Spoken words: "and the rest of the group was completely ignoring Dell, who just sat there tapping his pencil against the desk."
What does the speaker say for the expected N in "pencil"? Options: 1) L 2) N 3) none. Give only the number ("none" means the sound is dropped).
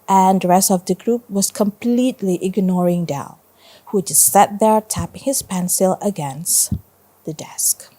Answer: 2